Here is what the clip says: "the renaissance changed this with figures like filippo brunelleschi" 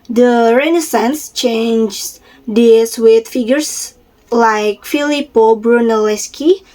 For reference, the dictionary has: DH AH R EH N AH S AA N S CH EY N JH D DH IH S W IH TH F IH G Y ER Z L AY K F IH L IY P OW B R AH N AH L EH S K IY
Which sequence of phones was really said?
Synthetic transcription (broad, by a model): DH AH R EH N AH S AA N S CH EY N JH D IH S W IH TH F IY G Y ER S L AY K F IH L IY P OW B R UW N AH L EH S K IY